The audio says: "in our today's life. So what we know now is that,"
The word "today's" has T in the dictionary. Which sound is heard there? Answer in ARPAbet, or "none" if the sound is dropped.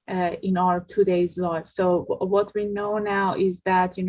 T